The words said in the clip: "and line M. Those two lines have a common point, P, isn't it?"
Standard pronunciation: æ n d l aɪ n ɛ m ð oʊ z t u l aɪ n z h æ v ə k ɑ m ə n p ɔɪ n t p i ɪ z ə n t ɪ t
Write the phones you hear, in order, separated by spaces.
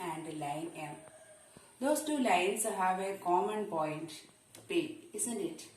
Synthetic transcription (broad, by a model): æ n d l aɪ n ɛ m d oʊ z t u l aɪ n s h æ v ə k ɑ m ə n p ɔɪ n t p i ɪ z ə n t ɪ t